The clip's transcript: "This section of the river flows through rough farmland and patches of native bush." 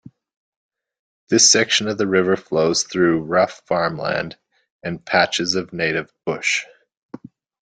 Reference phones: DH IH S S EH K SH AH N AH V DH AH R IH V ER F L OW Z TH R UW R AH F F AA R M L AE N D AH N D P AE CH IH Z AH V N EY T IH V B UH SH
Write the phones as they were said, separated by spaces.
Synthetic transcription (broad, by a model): DH IH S S EH K SH AH N AH V DH AH R IH V ER F L OW Z TH R UW R AH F F AA R M L AE N D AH N P AE CH IH Z AH V N EY T IH V B UH SH